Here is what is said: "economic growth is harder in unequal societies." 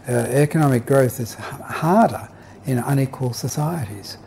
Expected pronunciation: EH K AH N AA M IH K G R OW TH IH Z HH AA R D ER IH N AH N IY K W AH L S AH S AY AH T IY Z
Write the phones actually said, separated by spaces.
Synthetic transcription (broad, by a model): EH K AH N AA M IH K G R OW TH IH Z HH AA R D ER IH N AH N IY K W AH L S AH S AY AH T IY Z